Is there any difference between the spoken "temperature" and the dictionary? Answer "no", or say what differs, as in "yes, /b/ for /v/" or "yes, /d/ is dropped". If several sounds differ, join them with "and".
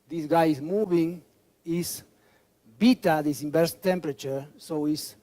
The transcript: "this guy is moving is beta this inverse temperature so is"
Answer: no